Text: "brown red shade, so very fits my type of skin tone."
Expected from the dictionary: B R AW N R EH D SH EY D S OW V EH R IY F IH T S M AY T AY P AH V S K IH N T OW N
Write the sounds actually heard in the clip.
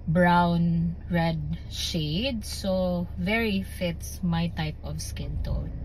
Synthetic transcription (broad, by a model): B R AW N R EH D SH EY D S OW V EH R IY F IH T S M AY T AY P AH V S K IH N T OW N